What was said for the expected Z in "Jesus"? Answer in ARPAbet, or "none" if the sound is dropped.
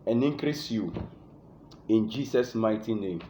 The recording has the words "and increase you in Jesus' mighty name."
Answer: S